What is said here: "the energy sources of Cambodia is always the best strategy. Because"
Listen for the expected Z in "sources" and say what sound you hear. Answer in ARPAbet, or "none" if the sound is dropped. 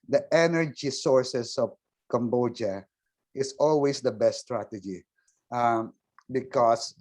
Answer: S